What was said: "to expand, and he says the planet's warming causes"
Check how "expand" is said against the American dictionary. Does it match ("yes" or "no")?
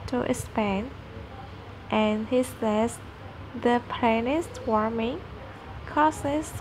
no